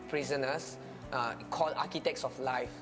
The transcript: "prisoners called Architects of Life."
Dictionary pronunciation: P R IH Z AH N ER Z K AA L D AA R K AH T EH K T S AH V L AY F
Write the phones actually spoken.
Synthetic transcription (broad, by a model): P R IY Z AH N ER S K AA L AA K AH T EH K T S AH F L AY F